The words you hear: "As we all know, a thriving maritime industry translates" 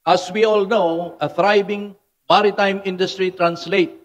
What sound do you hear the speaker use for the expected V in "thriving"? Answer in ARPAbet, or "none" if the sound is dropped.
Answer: B